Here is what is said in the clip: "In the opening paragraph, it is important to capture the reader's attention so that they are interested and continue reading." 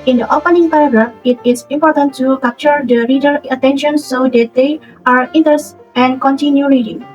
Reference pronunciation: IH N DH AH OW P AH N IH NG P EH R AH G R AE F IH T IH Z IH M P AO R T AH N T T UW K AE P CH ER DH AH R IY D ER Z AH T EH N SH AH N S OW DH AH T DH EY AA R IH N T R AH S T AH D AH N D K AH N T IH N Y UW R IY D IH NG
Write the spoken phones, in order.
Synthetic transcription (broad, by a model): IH N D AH OW P AH N IH NG P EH R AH G R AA F IH T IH S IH M P AO R T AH N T T UW K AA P CH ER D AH R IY D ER AH T EH N SH AH N S OW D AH T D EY AA R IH N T AH T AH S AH N K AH N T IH N Y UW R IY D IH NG